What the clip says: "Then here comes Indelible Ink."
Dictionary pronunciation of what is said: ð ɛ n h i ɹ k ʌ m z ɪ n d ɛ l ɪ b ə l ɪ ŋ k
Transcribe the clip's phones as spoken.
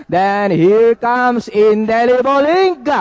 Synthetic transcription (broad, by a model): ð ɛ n h i ɹ k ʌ m s ɪ n d ɛ l ɪ b ə l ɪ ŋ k